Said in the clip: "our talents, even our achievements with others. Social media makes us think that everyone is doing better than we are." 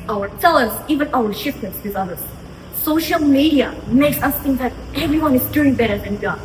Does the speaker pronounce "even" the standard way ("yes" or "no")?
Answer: yes